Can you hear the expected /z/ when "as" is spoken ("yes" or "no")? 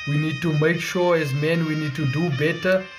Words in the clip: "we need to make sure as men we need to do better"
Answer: yes